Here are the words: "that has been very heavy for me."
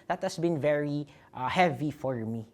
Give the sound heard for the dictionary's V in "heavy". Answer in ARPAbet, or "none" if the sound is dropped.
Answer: V